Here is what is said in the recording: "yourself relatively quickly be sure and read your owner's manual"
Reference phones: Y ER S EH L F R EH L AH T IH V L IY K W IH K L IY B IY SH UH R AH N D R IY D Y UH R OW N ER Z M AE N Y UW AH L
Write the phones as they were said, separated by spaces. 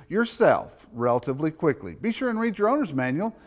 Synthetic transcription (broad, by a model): Y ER S EH L F R EH L AH T IH V L IY K W IH K L IY B IY SH UH R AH N R IY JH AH R OW N ER Z M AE N Y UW L